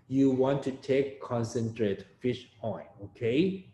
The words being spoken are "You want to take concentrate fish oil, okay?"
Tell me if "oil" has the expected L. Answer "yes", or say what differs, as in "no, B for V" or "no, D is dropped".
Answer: no, N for L